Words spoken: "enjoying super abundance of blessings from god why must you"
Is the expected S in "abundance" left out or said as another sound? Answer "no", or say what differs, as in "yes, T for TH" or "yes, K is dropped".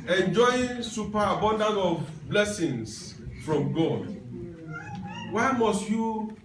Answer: yes, S is dropped